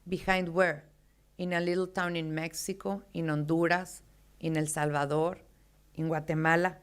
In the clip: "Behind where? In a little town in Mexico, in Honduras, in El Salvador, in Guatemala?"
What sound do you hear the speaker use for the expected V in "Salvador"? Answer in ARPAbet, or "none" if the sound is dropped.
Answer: B